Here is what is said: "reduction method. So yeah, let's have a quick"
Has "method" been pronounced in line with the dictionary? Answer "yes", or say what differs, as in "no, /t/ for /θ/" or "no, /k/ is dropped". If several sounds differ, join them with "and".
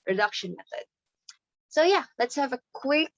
yes